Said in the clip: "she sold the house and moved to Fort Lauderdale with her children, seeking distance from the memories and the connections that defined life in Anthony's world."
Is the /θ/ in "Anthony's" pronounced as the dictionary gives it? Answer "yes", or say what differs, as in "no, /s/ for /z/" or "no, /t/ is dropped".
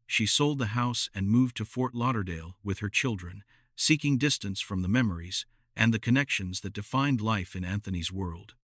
yes